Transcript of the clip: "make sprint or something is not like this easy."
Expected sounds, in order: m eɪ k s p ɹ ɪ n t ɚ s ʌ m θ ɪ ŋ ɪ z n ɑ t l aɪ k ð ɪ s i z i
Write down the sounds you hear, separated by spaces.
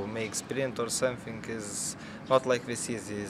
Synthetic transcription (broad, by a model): m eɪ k s p ɹ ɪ n t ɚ s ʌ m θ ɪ ŋ ɪ z n ɑ t l aɪ k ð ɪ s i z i